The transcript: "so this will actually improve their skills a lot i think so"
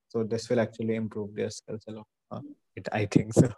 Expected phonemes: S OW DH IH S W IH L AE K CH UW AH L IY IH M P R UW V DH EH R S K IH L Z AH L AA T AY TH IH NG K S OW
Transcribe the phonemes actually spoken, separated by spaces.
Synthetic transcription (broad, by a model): S OW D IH S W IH L AE K CH UW AH L IY IH M P R UW V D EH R S EH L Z AH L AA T AY T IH NG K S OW